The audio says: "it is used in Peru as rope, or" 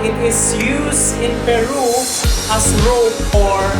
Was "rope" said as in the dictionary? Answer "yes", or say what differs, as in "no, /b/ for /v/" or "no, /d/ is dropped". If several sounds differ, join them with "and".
no, /f/ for /p/